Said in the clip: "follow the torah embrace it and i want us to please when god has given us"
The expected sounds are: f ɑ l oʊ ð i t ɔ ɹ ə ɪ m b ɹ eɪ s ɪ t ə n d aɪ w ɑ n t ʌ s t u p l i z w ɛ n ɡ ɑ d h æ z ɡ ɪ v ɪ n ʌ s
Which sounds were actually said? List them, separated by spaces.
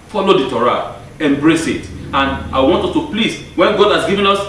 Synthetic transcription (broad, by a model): f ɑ l oʊ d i t ɔ ɹ ə ɪ m b ɹ eɪ s ɪ t ə n d aɪ w ɑ n t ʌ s t u p l i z w ɛ n ɡ ɑ d h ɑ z ɡ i v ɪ n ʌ s